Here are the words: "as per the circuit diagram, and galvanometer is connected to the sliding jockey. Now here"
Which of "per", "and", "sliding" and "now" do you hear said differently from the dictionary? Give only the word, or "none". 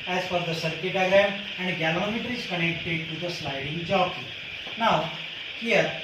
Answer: per